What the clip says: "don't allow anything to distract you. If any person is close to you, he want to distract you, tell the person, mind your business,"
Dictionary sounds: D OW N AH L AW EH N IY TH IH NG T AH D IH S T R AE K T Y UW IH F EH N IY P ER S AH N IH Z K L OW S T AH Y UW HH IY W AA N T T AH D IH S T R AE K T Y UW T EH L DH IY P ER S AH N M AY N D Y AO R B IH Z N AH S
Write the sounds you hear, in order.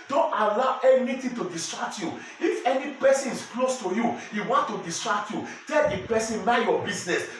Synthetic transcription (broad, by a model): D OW N AH L AW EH N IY T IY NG T AH D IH S T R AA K T Y UW IH F EH N IY P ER S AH N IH S K L OW S T AH Y UW HH IY W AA N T T AH D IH S T R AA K T Y UW T EH L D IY P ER S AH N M AY Y AO B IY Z N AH S